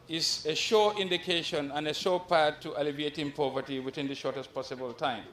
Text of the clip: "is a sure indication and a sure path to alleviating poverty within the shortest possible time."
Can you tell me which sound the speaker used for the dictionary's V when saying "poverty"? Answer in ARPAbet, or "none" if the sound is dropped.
V